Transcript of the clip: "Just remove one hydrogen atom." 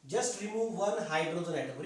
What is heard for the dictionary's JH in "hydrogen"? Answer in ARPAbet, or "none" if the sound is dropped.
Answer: Z